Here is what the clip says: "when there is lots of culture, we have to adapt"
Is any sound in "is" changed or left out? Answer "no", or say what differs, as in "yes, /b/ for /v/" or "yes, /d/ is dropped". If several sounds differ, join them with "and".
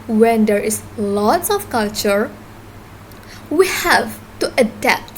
yes, /s/ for /z/